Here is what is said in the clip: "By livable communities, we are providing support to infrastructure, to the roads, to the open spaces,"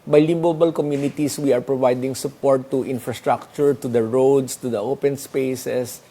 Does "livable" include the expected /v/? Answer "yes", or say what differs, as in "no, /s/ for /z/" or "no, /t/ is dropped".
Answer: no, /b/ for /v/